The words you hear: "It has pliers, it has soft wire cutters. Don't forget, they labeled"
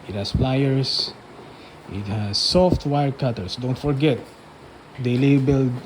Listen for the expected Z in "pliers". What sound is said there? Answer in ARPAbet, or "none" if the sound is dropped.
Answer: S